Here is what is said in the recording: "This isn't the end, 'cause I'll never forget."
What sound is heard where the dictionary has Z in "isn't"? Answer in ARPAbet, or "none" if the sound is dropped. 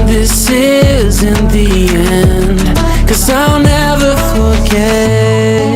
Z